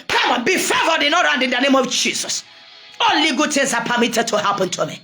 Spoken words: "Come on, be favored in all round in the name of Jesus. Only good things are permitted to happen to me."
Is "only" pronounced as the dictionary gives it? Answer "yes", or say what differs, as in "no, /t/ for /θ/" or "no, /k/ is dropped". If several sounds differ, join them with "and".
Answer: no, /l/ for /n/